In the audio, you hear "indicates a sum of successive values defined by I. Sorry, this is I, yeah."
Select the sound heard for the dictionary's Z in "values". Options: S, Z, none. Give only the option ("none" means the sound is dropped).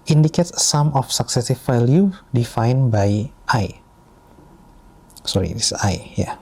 none